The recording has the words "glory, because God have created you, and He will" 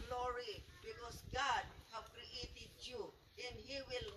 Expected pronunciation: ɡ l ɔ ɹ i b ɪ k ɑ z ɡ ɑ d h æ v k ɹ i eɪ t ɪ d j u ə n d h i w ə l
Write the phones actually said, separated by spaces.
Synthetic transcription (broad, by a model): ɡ l ɔ ɹ i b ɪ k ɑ s ɡ ɑ d h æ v k ɹ i eɪ t ɪ d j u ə n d h i w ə l